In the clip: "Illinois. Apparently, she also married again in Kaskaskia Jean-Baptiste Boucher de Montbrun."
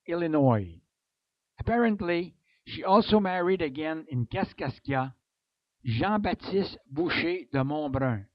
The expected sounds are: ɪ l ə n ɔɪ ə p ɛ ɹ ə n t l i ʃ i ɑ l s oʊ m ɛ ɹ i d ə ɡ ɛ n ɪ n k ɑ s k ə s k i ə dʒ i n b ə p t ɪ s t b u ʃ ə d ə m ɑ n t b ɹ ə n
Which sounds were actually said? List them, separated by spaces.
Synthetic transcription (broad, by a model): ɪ l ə n ɔɪ ə p ɛ ɹ ə n t l i ʃ i ɑ l s oʊ m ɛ ɹ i d ə ɡ ɛ n ɪ n k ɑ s k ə s k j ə ʒ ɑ b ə t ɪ s t b u ʃ ə d ə m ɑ b ɹ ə